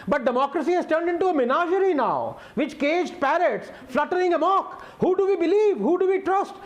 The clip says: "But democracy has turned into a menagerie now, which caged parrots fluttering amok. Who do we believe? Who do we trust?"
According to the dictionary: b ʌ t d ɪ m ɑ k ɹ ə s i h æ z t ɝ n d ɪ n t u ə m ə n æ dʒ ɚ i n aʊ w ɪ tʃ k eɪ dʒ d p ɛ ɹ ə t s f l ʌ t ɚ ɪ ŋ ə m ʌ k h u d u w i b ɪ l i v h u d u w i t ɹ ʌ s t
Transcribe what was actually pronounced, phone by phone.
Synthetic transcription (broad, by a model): b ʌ t d ɪ m ɑ k ɹ ə s i h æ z t ɝ n d ɪ n t u ə m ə n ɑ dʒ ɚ i n aʊ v ɪ tʃ k eɪ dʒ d p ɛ ɹ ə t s f l ʌ t ɚ ɪ ŋ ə m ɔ k h u d u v i b ɪ l i v h u d u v i t ɹ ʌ s t